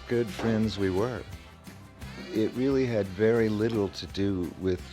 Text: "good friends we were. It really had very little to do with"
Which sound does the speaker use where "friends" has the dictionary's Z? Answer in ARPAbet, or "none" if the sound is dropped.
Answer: Z